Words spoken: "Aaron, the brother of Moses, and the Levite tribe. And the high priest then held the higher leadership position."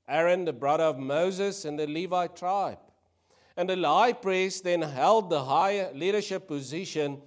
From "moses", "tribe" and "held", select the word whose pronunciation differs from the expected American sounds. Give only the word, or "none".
none